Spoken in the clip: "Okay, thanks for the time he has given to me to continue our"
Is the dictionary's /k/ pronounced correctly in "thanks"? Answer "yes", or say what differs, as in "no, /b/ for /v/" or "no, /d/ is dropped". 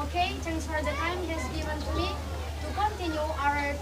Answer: no, /k/ is dropped